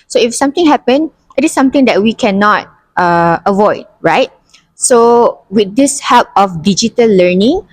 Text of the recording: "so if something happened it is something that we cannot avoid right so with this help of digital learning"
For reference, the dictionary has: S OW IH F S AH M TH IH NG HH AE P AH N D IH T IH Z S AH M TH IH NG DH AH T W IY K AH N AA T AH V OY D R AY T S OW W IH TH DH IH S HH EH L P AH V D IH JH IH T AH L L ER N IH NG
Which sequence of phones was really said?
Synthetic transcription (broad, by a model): S OW IH F S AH M T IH NG HH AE P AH N IH T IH S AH M T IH NG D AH T W IY K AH N AA T AH V OY D R AY T S OW W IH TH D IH S HH EH L P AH F D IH JH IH T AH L L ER N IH NG